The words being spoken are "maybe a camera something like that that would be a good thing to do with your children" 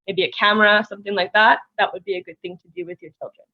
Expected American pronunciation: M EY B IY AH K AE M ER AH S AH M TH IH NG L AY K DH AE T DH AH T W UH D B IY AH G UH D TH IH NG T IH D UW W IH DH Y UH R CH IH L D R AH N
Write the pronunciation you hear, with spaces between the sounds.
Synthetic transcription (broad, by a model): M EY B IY AH K AE M ER AH S AH M TH IH NG L AY K DH AE T DH AH T W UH D B IY AH G UH D TH IH NG T IH D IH W IH DH Y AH R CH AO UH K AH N